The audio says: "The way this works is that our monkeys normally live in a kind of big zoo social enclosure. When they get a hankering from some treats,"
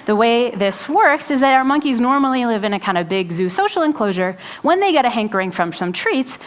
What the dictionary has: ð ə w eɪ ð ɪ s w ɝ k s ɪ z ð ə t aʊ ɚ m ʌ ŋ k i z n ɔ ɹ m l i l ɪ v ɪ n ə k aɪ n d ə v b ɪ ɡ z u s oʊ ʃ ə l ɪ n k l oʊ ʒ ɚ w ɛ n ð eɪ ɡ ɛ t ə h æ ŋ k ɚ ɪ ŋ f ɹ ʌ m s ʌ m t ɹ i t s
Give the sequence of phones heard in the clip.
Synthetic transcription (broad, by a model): ð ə w eɪ ð ɪ s w ɝ k s ɪ z ð ə t aʊ ɚ m ʌ ŋ k i z n ɔ ɹ m l i l ɪ v ɪ n ə k aɪ n d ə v b ɪ ɡ z u s oʊ ʃ l ɪ n k l oʊ ʒ ɚ w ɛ n ð eɪ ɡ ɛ t ə h æ ŋ k ɚ ɪ ŋ f ɹ ʌ m s ʌ m t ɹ i t s